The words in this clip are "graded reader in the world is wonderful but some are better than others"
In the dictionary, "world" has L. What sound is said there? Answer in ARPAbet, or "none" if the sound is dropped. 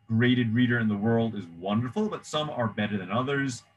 L